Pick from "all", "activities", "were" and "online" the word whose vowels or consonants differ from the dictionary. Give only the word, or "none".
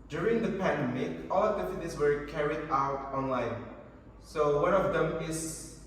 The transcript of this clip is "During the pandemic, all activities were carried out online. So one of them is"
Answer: activities